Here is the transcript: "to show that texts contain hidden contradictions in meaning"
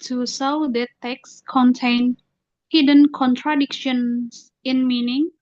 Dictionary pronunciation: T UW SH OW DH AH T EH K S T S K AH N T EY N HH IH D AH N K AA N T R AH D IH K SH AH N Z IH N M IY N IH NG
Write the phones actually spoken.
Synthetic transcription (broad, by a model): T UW S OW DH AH T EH K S S K AH N T EY N HH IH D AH N K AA N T R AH D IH K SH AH N S IH N M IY N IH NG